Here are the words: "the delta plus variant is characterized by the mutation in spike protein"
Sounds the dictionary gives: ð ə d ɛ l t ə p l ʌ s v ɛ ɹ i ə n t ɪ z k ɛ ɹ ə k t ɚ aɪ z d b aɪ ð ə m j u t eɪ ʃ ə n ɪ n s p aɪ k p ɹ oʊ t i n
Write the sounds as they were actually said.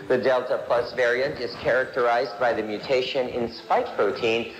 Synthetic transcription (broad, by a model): ð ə d ɛ l t ə p l ʌ s v ɛ ɹ i ə n t ɪ z k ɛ ɹ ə k t ɚ aɪ z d b aɪ ð ə m j u t eɪ ʃ ə n ɪ n s p aɪ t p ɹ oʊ t i n